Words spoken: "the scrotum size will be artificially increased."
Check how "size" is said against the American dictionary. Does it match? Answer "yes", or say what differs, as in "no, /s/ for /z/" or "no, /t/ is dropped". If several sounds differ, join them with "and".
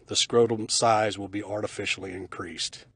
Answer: yes